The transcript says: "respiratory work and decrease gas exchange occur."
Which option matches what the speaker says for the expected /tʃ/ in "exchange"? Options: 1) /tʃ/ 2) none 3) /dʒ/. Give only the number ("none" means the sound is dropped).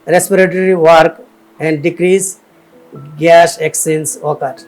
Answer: 2